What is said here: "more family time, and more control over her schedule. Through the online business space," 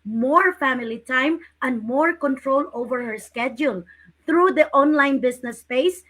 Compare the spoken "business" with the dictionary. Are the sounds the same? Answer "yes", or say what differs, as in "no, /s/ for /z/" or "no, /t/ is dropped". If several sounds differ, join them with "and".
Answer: no, /s/ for /z/